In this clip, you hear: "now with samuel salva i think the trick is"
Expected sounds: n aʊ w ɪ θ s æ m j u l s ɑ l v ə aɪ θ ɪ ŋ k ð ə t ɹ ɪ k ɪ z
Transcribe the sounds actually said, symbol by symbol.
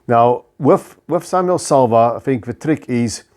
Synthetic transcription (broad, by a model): n aʊ w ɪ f s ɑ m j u l s ɑ l v ə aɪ θ ɪ ŋ k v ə t ɹ ɪ k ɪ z